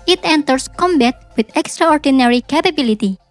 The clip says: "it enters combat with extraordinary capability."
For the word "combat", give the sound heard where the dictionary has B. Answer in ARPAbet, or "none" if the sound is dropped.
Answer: B